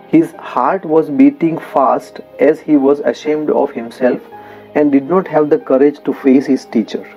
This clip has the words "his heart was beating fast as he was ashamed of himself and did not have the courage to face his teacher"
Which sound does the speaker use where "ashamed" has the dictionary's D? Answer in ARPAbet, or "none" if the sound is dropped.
D